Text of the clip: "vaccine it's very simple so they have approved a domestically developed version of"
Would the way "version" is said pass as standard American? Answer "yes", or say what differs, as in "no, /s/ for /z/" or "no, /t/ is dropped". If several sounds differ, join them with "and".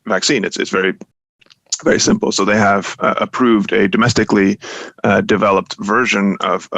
yes